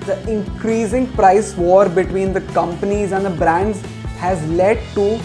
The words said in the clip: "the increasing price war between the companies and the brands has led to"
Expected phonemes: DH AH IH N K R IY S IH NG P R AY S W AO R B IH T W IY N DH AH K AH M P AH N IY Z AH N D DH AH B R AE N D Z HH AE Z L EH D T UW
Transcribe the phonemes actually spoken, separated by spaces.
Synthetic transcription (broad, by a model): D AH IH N K R IY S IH NG P R AY S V AO R B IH T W IY N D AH K AH M P AH N IY Z AH N D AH B R AE N D Z HH AE Z L EH D T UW